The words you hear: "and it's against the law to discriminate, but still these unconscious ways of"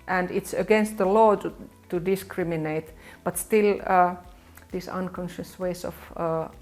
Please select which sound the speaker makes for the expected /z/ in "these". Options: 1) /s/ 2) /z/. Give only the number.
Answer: 1